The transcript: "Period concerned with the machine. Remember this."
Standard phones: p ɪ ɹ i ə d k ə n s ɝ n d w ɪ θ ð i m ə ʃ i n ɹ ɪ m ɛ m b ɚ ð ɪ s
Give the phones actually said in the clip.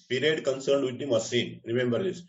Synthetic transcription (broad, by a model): p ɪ ɹ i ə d k ə n s ɝ n d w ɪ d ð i m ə s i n ɹ ɪ m ɛ m b ɚ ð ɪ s